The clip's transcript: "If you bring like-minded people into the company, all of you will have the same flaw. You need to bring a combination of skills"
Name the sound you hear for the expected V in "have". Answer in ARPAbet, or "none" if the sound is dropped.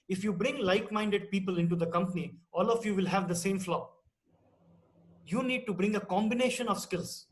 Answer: V